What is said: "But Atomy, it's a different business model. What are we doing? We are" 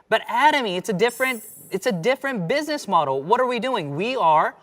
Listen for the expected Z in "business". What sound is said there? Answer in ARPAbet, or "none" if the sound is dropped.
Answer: Z